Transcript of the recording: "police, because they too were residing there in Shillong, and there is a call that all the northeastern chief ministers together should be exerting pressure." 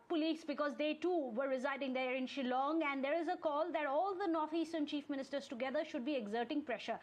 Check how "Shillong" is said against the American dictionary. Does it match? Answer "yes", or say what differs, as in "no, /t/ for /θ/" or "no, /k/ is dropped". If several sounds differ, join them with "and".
yes